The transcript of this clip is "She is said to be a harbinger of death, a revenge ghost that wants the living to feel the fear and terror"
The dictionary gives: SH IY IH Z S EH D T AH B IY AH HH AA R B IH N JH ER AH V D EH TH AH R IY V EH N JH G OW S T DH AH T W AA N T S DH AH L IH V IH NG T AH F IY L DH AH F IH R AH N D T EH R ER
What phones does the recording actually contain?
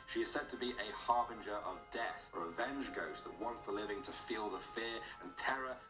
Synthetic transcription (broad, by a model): SH IY IH Z S EH D T AH B IY AH HH AA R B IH N JH ER AH V D EH TH AH R IY V EH N JH G OW S DH AH T W AA N T S DH AH L IH V IH NG T AH F IY L DH AH F IH R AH N T EH R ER